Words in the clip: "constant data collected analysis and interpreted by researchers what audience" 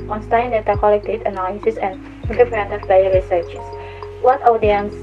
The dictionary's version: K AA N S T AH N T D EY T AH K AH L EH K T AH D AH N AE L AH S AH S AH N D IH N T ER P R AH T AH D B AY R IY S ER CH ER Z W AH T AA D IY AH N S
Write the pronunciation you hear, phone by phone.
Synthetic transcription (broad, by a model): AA N S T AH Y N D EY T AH K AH L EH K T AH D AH N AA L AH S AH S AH N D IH T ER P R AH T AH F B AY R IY S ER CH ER S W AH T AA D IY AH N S